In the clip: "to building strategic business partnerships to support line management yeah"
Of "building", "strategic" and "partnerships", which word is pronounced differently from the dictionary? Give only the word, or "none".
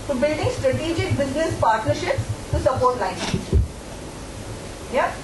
none